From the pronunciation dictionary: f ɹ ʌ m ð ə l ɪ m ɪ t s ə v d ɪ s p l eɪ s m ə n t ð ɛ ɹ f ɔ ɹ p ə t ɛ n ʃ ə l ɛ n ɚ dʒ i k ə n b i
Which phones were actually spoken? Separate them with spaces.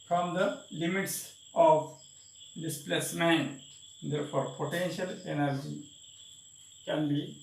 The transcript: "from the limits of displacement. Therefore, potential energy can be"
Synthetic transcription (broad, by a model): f ɹ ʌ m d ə l ɪ m ɪ t s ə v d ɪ s p l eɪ s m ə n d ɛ ɹ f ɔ ɹ p ə t ɛ n ʃ ə l ɛ n ɚ dʒ i k ə n b i